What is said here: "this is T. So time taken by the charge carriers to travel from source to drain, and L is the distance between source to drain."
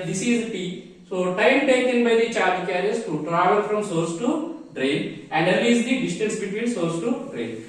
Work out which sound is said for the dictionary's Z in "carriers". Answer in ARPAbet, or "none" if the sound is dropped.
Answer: S